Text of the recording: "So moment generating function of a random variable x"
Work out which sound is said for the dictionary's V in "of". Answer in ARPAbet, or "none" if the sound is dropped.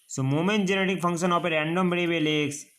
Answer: P